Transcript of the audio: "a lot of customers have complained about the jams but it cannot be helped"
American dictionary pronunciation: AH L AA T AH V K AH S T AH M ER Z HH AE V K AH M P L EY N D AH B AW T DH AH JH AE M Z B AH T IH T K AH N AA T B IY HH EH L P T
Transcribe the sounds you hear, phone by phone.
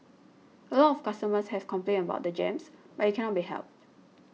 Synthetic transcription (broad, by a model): AH L AA T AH F K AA S T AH M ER S HH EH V K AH M P L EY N AH B AW T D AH JH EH M S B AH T IH T K AH N AA T B IY HH EH L P T